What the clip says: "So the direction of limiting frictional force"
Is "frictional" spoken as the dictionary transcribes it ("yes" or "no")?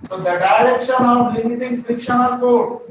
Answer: no